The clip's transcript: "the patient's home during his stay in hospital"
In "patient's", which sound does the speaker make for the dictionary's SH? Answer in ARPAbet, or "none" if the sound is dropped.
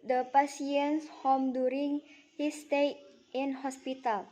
S